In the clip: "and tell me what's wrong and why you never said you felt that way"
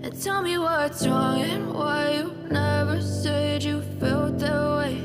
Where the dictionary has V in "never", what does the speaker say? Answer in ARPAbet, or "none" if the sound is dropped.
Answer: V